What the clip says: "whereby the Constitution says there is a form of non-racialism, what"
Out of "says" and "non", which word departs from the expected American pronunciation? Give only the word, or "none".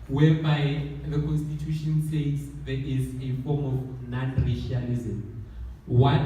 says